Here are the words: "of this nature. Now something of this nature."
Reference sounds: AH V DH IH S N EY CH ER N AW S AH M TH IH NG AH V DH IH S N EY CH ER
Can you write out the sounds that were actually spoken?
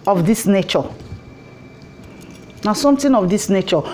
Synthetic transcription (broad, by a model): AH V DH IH S N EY CH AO N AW S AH M T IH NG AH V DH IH S N EY CH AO